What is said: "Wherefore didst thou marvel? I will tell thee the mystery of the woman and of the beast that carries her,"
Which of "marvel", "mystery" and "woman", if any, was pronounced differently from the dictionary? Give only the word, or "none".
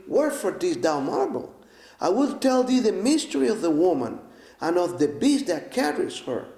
marvel